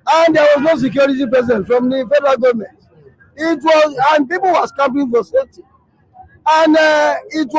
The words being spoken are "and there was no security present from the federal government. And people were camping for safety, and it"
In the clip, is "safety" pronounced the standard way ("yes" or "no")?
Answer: no